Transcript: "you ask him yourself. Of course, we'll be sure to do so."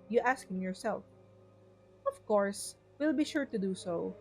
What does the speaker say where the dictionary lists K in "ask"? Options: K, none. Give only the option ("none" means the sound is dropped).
K